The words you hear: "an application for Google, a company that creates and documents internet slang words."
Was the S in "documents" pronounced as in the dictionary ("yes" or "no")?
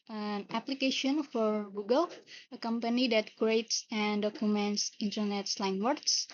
yes